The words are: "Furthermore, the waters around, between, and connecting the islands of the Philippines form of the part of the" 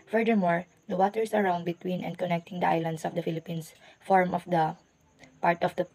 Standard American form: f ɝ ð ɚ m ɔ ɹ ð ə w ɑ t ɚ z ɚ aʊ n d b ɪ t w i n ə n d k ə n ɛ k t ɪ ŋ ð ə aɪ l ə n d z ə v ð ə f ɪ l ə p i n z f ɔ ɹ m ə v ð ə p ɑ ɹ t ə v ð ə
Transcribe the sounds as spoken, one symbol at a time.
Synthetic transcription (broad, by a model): f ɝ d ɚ m ɔ ɹ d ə w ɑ t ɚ s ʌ aʊ n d b ɪ t w i n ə n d k ə n ɛ k t ɪ ŋ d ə aɪ l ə n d s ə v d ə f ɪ l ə p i n s f ɔ ɹ m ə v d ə p ɑ ɹ t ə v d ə